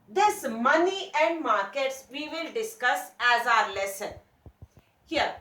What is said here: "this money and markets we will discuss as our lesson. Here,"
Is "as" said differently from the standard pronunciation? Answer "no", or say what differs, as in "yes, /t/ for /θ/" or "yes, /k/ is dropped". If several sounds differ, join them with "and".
no